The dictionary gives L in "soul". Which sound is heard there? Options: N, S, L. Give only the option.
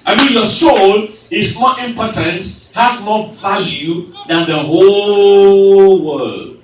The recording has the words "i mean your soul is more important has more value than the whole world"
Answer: L